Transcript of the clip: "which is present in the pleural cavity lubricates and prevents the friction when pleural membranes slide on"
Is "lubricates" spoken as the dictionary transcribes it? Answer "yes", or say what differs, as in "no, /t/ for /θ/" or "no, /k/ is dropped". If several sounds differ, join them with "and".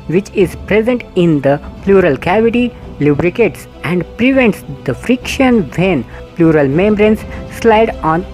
yes